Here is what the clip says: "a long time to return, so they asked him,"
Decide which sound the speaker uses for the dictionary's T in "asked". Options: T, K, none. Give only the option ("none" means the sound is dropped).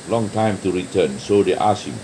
none